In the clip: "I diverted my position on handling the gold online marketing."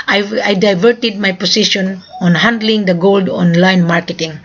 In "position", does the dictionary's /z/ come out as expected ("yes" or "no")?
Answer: no